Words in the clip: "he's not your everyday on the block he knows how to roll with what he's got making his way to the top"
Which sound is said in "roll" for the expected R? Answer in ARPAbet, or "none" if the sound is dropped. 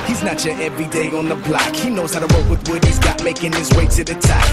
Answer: W